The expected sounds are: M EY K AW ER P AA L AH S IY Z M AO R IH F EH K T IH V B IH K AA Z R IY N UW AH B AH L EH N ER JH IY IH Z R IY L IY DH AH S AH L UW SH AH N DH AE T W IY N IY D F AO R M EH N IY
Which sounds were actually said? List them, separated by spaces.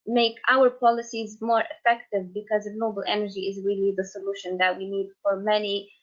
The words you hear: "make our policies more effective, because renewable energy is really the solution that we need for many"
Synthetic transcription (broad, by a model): M EY K AW ER P AA L AH S IY Z M AO R IH F EH K T IH V B IH K AA Z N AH B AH L EH N ER JH IY IH Z R IY L IY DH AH S AH L UW SH AH N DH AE T W IY N IY D F AO R M EH N IY